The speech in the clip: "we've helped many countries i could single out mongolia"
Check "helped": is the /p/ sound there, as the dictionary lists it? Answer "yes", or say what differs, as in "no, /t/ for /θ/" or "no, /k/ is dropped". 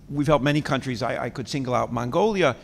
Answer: no, /p/ is dropped